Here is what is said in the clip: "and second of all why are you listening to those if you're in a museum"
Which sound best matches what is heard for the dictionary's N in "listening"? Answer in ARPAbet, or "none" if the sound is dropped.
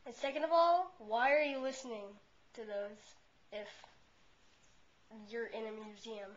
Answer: N